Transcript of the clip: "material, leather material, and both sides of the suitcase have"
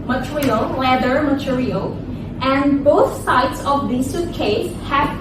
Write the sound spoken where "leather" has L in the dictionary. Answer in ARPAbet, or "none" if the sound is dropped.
W